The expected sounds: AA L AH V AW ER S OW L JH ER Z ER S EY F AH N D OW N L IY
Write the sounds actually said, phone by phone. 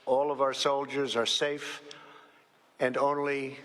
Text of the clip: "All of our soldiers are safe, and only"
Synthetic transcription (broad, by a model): AA L AH V AW ER S OW L JH ER Z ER S EY F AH N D OW N L IY